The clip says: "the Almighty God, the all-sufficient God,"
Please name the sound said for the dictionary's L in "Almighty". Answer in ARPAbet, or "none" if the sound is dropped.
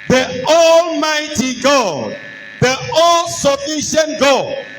L